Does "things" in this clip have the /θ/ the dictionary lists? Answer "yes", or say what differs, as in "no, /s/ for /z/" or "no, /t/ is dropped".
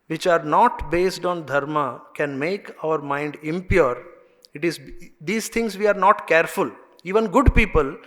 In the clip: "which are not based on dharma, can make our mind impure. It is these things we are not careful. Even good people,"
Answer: no, /t/ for /θ/